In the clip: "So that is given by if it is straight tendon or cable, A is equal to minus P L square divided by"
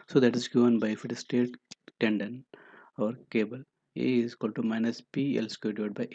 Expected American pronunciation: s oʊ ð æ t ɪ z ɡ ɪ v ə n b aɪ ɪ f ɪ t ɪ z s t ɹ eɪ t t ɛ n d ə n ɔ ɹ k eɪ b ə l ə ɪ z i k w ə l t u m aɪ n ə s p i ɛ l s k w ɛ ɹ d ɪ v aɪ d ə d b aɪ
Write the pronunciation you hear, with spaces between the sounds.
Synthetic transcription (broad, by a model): s oʊ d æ t ɪ z ɡ ɪ v ə n b aɪ ɪ f ɪ t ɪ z s t eɪ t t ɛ n d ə n ɔ ɹ k eɪ b ə l ə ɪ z k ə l t u m aɪ n ə s p i ɛ l s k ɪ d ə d b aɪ